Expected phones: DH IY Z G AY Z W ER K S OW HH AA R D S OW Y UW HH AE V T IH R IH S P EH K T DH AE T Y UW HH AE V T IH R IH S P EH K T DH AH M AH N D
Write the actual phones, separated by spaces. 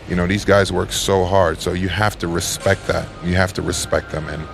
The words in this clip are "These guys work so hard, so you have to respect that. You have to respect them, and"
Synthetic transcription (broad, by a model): DH IY Z G AY Z W ER K S OW HH AA R D S OW Y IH HH AE F T IH R IH S P EH K T DH AE T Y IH HH AE F T IH R IH S P EH K T DH AH M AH N